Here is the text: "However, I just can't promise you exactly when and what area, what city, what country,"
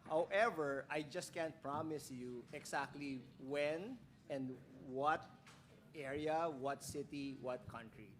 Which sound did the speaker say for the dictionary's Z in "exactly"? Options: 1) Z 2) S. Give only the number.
2